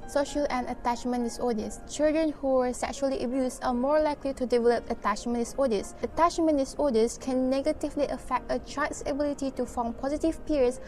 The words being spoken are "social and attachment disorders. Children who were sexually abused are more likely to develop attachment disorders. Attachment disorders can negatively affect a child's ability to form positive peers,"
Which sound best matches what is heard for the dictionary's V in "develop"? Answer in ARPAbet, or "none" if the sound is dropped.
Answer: V